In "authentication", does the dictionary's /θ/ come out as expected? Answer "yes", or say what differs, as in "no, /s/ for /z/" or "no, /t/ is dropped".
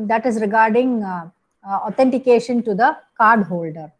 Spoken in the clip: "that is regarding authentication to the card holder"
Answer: no, /t/ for /θ/